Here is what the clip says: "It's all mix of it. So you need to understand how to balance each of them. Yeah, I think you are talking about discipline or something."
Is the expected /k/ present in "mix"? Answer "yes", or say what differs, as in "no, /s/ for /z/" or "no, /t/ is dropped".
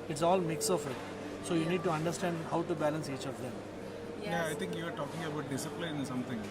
yes